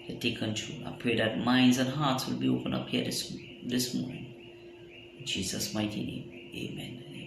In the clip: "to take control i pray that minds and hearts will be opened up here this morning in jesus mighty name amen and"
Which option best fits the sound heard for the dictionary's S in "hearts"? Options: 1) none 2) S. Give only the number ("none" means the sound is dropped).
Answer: 2